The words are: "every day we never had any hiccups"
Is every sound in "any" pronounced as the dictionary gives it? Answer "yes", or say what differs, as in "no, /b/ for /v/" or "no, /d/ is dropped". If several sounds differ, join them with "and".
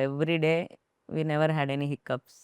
yes